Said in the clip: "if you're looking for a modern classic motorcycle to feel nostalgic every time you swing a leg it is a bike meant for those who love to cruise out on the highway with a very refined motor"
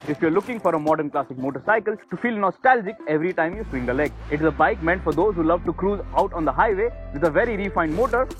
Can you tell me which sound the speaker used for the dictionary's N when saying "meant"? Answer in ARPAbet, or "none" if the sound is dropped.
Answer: N